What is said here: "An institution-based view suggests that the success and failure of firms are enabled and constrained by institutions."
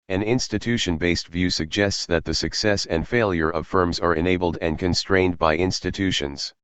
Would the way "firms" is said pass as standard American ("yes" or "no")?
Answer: yes